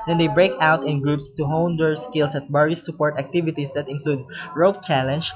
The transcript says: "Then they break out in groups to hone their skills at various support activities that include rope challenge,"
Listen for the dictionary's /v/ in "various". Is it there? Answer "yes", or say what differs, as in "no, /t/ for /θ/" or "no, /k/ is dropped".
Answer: no, /b/ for /v/